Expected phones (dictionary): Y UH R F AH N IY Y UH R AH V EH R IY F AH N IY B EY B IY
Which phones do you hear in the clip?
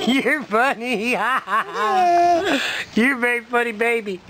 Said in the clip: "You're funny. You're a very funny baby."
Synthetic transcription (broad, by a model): Y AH R F AH N IY Y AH R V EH IY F AH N IY B EY B IY